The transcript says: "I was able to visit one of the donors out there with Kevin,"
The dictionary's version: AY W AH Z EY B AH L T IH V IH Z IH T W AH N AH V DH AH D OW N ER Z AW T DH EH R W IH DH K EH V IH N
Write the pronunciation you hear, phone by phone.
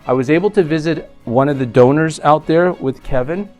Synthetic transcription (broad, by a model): AY W AH Z EY B L T IH V IH Z IH T W AH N AH V DH AH D OW N ER Z AW T DH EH R W IH DH K EH V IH N